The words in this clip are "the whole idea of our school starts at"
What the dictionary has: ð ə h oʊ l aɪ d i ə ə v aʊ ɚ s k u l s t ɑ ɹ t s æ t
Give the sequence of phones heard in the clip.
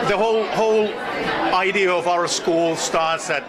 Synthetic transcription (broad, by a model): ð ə h oʊ l aɪ d i ə ə v aʊ ɚ s k u l s t ɑ ɹ t s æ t